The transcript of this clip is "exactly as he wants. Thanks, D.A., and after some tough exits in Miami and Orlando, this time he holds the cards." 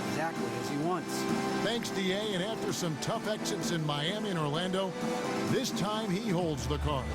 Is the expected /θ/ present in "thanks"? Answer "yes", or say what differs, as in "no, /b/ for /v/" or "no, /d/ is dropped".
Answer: yes